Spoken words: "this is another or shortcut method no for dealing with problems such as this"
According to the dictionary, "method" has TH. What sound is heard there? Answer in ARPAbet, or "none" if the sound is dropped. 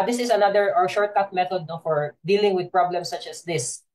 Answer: T